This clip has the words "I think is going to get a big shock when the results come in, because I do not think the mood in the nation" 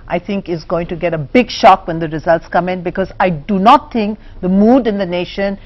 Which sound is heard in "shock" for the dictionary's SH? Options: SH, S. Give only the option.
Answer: SH